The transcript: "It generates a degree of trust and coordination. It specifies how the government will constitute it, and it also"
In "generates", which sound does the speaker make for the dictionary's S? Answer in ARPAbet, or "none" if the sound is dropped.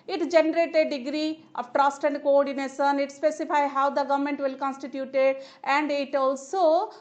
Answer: none